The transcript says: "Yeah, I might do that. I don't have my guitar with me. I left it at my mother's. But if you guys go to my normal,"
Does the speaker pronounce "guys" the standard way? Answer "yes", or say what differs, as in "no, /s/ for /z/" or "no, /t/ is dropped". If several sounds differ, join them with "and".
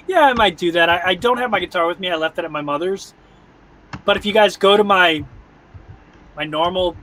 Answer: yes